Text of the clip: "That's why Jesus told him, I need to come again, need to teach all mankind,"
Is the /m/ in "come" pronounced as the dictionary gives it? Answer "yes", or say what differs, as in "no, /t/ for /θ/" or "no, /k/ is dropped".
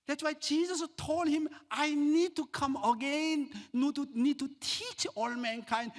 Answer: yes